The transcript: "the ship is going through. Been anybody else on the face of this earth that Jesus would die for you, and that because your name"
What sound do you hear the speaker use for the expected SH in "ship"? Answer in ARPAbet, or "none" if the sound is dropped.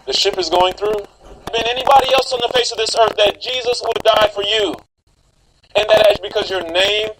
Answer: SH